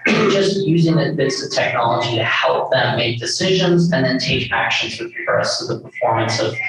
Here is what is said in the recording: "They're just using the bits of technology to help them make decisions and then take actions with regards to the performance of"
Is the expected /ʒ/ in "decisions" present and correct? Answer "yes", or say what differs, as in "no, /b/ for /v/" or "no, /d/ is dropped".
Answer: yes